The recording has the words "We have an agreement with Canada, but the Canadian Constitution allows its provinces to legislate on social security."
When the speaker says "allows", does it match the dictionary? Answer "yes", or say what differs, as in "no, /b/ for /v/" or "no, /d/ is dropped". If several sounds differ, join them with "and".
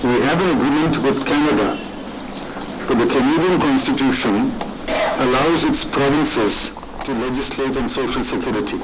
yes